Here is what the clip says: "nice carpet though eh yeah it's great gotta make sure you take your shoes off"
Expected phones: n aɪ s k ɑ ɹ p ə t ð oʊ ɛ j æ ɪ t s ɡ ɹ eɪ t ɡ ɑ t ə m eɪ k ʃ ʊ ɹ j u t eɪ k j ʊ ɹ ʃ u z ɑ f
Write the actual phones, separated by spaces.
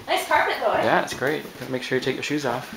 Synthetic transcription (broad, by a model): n aɪ s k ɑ ɹ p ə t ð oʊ j æ ɪ t s ɡ ɹ eɪ t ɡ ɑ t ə m eɪ k ʃ ʊ ɹ j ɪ t eɪ k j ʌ ɹ ʃ u z ɑ f